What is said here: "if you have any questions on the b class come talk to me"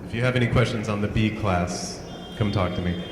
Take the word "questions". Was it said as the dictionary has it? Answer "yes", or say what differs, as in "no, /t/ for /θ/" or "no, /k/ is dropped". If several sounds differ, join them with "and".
yes